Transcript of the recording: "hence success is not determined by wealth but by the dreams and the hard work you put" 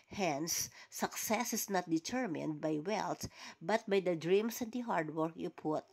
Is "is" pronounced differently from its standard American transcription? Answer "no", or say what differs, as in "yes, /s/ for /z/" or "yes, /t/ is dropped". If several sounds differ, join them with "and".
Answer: yes, /s/ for /z/